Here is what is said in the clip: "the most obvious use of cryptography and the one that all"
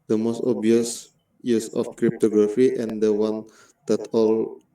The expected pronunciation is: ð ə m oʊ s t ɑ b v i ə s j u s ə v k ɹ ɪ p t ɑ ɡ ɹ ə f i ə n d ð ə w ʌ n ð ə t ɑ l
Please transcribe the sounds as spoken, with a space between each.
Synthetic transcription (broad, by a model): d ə m oʊ s t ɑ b i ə s j u s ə f k ɹ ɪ p t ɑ ɡ ɹ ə f i ə n d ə w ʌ n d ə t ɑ l